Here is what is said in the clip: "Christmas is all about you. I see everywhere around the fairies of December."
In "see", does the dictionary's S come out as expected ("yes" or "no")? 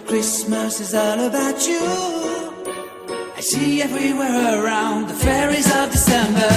no